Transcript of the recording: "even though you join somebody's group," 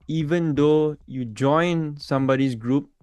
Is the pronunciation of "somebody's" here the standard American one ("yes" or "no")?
no